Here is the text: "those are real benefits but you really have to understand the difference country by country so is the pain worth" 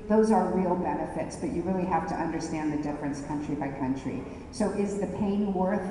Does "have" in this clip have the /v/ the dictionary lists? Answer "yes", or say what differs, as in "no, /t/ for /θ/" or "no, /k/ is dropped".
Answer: no, /f/ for /v/